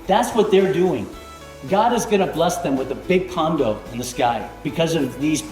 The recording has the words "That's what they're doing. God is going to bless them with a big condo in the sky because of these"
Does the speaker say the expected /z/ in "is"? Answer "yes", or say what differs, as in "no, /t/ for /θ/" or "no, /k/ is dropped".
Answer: yes